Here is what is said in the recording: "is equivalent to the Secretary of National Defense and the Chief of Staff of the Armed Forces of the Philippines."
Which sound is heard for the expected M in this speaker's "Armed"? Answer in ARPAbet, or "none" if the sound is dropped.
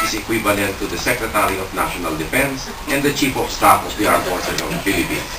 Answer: none